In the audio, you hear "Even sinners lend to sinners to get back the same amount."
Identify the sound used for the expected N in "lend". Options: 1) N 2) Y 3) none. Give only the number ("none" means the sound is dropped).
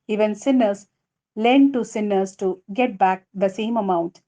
1